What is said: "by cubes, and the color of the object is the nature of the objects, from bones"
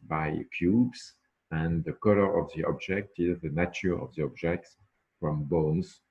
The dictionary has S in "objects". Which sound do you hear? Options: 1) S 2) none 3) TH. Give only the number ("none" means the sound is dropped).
1